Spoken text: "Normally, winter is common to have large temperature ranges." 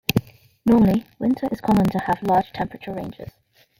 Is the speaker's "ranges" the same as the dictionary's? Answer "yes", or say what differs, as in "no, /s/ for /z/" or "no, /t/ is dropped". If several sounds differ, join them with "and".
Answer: yes